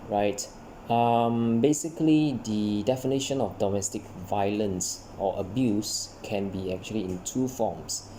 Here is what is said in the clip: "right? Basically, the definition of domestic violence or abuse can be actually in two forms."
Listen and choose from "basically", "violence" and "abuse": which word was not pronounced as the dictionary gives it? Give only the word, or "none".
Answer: none